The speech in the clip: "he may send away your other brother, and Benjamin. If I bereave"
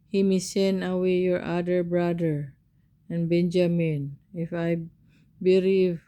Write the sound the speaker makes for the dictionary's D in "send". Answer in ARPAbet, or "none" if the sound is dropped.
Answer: none